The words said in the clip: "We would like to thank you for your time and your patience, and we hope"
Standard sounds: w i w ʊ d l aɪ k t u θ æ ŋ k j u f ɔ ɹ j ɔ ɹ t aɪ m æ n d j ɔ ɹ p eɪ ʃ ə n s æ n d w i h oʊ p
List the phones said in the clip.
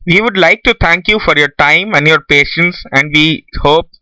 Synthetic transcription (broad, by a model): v i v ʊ d l aɪ k t u t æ ŋ k j u f ɔ ɹ j ɔ ɹ t aɪ m æ n d j ɔ ɹ p eɪ ʃ ə n s æ n d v i h oʊ p